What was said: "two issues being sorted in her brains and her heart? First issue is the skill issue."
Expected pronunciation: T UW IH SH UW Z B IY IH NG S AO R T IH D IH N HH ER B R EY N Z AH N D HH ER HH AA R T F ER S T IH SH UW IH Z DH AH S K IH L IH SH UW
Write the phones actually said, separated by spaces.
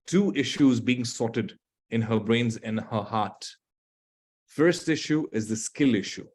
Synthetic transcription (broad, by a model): T UW IH SH UW Z B IY IH NG S AO T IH D IH N HH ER B R EY N Z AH N HH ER HH AA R T F ER S T IH SH UW IH Z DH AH S K IH L IH SH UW